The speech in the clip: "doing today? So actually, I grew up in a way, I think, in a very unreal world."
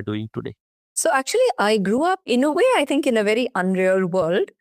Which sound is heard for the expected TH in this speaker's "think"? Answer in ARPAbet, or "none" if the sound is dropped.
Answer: T